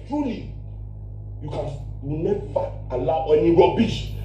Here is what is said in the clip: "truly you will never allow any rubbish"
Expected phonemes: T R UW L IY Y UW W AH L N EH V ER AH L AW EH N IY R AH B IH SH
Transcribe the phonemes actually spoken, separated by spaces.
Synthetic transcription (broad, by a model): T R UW L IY Y UW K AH N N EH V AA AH L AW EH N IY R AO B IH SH